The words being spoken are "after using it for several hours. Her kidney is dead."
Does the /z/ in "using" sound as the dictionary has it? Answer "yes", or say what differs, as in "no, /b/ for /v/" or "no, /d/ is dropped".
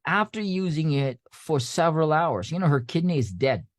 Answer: yes